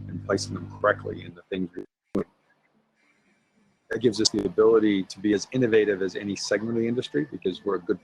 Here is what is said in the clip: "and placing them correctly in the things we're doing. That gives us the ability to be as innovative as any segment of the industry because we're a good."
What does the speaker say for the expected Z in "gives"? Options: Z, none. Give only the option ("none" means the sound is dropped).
Z